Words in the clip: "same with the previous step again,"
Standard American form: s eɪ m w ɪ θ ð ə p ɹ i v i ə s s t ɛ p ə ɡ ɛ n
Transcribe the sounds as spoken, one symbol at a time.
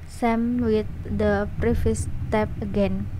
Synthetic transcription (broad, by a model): s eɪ m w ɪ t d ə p ɹ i f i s s t ɛ p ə ɡ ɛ n